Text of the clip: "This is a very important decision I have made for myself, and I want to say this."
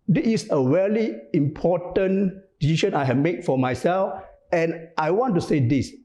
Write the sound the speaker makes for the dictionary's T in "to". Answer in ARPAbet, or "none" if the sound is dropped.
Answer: T